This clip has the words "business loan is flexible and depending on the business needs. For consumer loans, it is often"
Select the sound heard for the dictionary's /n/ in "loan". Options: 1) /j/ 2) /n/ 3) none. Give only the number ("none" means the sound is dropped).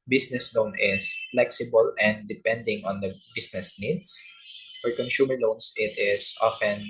2